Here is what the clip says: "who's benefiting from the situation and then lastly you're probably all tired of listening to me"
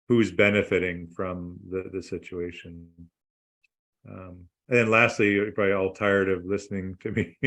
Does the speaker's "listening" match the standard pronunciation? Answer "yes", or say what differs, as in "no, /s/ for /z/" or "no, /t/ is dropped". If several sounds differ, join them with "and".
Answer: yes